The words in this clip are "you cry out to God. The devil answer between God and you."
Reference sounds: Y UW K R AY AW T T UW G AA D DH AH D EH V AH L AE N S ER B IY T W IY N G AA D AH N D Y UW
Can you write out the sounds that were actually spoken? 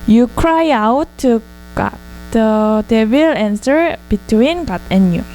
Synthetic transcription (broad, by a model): Y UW K R AY AW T T UW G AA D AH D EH W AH L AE N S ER B IY T W IY N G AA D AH N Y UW